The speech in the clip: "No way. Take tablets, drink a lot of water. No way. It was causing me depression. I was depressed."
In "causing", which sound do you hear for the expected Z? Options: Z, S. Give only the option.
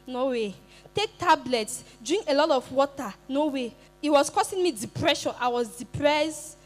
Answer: S